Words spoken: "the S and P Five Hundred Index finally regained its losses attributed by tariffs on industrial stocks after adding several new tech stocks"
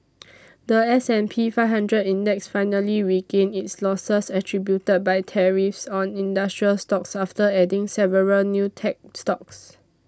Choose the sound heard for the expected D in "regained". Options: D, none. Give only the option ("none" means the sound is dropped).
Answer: none